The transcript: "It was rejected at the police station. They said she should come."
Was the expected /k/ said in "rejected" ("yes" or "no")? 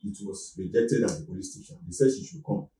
yes